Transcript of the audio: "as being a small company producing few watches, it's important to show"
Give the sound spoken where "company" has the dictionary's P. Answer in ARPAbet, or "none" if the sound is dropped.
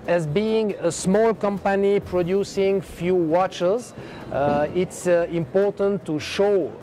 P